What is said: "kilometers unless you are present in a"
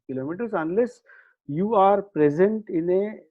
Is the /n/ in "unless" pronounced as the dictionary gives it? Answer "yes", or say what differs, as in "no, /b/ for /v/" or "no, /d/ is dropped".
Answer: yes